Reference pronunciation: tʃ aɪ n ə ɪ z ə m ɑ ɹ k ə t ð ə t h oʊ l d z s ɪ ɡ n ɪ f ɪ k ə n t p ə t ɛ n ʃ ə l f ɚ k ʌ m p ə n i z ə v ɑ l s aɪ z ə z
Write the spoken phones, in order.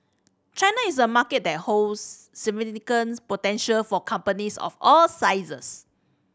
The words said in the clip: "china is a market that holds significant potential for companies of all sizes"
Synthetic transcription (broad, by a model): tʃ aɪ n ə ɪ s ə m ɑ k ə t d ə t h oʊ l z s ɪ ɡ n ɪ ɪ k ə n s p ə t ɛ n ʃ ə l f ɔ k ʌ m p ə n i s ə f ɑ l s aɪ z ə s